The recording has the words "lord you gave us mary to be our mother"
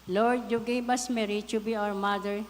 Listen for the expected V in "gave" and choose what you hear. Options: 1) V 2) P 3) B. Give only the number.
3